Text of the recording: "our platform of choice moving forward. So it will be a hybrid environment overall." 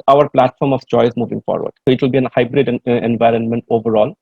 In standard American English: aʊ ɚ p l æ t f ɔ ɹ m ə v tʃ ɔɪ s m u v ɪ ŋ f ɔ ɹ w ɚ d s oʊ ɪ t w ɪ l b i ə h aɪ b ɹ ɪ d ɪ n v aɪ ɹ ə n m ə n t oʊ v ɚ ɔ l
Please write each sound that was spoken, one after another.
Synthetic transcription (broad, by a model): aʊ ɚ p l æ t f ɔ ɹ m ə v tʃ ɔɪ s m u v ɪ ŋ f ɔ ɹ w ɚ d s oʊ ɪ t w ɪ l b i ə h aɪ b ɹ ɪ d ɪ n v aɪ ɹ ə n m ə n t oʊ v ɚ ɔ l